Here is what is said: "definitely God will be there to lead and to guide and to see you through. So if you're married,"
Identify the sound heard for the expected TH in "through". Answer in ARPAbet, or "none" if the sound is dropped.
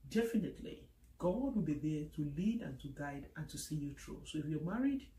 T